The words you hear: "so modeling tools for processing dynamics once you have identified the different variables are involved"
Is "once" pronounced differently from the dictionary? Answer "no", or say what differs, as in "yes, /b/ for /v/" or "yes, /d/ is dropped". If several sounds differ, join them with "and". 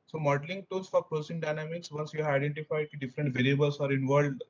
yes, /n/ is dropped